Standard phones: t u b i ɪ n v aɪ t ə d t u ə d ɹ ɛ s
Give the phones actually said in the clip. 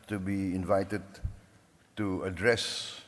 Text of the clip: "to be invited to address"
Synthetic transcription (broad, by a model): t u b i ɪ n v aɪ t ə d t u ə d ɹ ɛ s